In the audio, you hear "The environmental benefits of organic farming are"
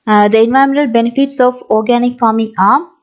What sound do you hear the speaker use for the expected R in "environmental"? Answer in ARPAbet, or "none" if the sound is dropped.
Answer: none